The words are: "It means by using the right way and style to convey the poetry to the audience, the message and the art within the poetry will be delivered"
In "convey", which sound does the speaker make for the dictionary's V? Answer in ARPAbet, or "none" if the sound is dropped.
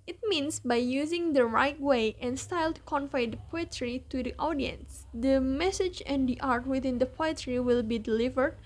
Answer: F